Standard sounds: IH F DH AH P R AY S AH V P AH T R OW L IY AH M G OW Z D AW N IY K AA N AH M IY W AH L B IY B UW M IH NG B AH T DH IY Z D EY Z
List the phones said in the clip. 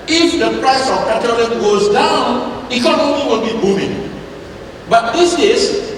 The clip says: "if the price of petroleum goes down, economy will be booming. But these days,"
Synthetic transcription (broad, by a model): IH F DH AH P R AY S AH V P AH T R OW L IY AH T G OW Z D AW N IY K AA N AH IY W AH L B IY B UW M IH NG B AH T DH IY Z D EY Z